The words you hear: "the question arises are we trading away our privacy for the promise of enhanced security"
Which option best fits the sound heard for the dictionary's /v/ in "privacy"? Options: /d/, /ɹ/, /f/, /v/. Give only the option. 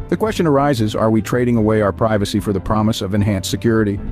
/v/